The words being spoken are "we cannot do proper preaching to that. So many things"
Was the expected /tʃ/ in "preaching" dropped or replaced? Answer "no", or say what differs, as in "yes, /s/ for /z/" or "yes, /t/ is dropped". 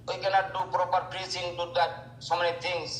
yes, /s/ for /tʃ/